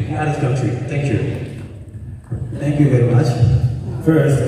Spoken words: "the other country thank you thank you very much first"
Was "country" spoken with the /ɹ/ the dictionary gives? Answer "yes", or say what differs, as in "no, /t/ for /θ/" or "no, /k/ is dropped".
no, /ɹ/ is dropped